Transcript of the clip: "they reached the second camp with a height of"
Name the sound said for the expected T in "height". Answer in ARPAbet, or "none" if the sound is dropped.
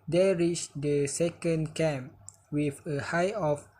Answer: none